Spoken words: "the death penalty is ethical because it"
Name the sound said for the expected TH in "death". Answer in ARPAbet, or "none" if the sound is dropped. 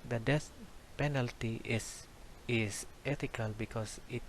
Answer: S